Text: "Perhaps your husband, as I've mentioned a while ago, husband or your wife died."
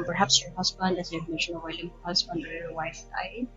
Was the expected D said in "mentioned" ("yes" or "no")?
no